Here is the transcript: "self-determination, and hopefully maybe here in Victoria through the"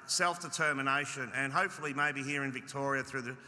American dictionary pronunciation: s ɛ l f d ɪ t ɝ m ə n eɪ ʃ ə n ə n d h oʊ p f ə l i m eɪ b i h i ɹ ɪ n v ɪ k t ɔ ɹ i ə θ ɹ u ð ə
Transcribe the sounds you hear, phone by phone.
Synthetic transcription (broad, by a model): s ɛ l f d ɪ t ɝ m ə n eɪ ʃ ə n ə n h oʊ p f l i m eɪ b i h i ɹ ɪ n v ɪ k t ɔ ɹ i ə θ ɹ u ð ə